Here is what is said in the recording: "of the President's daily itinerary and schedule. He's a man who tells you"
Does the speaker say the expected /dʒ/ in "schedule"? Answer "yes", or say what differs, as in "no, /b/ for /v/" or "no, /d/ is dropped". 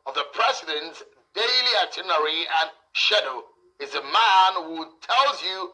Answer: no, /dʒ/ is dropped